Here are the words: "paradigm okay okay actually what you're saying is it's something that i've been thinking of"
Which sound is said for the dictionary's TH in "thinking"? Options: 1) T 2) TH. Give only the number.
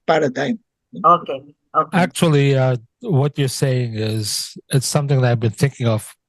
2